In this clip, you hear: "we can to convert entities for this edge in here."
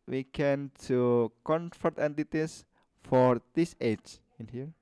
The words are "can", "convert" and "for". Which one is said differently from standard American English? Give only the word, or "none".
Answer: convert